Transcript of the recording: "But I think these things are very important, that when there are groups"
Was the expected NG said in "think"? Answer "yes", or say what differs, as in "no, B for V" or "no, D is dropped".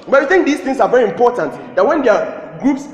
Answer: yes